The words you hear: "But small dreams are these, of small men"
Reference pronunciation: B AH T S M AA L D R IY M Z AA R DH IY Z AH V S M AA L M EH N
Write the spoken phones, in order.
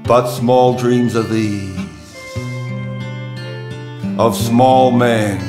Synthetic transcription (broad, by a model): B AH T S M AA L D R IY M Z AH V DH IY Z AH V S M AA L M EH N